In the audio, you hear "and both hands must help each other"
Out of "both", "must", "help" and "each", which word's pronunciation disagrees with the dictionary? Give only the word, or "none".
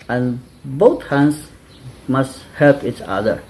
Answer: both